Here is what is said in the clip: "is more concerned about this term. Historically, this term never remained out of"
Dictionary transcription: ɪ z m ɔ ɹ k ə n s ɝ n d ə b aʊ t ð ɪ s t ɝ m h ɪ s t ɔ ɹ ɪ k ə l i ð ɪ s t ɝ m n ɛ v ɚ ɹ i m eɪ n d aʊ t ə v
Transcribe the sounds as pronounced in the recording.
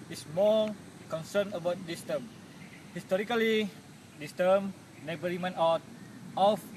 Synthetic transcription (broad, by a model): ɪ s m ɔ l k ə n s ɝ n ə b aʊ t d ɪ s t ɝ m h ɪ s t ɔ ɹ ɪ k ə l i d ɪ s t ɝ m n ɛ b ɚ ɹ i m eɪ n aʊ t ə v